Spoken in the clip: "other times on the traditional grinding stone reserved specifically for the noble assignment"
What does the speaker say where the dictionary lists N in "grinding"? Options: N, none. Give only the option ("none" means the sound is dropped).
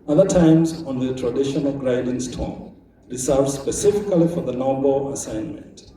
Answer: none